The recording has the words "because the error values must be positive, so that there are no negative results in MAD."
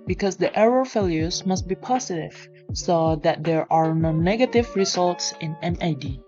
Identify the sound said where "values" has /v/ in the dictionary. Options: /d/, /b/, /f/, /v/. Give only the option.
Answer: /f/